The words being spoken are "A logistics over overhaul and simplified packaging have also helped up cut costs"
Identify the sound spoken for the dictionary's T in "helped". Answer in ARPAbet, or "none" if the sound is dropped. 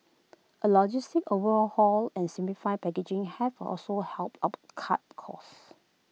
T